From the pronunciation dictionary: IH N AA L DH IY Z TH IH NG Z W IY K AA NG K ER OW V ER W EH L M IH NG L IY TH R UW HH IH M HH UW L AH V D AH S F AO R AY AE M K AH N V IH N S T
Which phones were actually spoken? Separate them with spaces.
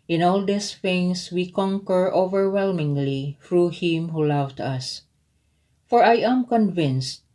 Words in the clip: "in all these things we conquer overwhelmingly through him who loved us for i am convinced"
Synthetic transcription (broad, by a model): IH N AA L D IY S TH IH NG S W IY K AA NG K ER OW V ER W EH L M IH NG L IY TH R UW HH IH M HH UW L AH V D AH S F AO R AY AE M K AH N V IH N S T